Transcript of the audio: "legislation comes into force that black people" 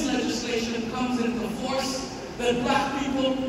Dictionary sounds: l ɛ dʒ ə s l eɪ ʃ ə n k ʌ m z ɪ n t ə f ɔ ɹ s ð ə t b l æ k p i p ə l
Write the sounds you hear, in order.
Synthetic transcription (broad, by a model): l ɛ dʒ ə s l eɪ ʃ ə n k ʌ m z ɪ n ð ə f ɔ ɹ s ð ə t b æ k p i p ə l